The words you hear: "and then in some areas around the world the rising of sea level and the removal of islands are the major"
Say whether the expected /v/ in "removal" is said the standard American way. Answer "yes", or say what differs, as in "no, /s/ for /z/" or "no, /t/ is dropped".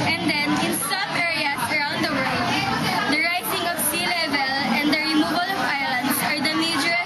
no, /b/ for /v/